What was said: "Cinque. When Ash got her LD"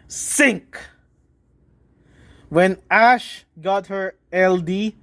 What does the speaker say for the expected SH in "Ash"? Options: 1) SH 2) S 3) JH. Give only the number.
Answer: 1